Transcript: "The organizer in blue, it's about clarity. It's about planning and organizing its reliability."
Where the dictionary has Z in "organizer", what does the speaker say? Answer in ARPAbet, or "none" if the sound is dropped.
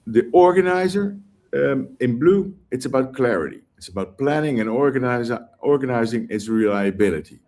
Z